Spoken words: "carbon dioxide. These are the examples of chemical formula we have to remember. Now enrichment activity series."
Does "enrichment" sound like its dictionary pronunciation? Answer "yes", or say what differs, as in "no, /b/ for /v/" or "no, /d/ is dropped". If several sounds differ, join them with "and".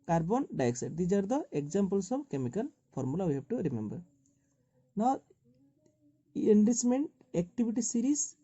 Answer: no, /s/ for /tʃ/